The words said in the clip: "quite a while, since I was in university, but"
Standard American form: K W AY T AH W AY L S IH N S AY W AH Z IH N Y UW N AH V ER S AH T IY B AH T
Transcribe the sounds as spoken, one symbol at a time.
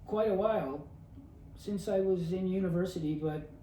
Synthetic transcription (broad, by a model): K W AY T AH W AY L S IH N S AY W AH Z IH N Y UW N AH V ER S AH T IY B AH T